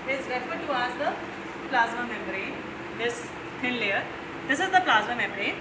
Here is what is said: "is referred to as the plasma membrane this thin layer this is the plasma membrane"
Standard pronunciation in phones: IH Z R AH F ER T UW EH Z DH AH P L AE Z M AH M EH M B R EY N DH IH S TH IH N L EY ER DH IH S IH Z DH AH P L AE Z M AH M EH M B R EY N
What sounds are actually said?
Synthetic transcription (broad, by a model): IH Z R AH F ER T UW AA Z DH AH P L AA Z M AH M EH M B R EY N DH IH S T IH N L EY ER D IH S IH Z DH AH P L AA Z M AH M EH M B R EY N